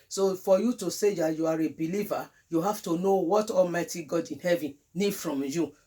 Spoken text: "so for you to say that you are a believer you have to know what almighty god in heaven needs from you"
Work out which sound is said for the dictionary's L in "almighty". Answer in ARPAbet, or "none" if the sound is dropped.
L